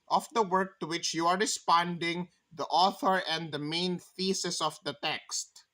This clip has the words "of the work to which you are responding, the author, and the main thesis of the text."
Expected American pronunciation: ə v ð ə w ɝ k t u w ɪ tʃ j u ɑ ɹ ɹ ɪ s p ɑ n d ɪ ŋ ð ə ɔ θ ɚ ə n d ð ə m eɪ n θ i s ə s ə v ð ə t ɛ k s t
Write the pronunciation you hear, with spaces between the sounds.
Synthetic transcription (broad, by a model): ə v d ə w ɝ k t u w ɪ tʃ j u ɑ ɹ ɹ ɪ s p ɑ n d ɪ ŋ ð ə ɔ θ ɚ ə n d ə m eɪ n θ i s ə s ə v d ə t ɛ k s t